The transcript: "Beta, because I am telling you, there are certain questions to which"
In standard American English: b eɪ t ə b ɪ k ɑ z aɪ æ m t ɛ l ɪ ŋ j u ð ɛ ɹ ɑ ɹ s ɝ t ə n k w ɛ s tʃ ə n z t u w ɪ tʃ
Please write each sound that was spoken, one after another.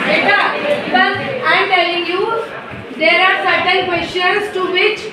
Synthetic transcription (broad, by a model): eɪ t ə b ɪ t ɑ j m t ɛ l ɪ ŋ j u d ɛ ɹ ɑ ɹ s ɝ t ə n k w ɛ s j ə n s t u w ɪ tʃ